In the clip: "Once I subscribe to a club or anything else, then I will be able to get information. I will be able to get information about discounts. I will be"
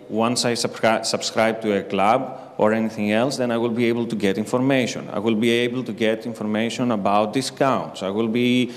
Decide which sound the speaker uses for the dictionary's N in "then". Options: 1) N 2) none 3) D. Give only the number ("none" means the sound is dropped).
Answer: 1